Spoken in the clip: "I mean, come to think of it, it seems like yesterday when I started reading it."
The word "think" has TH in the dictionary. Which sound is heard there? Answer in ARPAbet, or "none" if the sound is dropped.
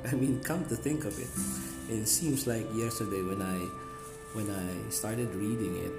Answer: TH